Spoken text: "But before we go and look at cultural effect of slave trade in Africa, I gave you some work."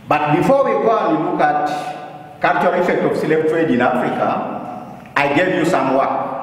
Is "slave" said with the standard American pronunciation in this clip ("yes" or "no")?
no